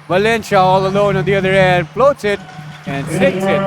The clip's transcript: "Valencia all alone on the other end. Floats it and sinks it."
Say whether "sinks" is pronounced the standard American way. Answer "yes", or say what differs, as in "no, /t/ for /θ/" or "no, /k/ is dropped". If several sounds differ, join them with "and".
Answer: no, /ŋ/ is dropped